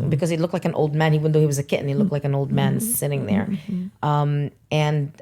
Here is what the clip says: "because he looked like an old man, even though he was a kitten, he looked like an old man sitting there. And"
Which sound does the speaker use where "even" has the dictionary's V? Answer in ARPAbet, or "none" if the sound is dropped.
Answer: none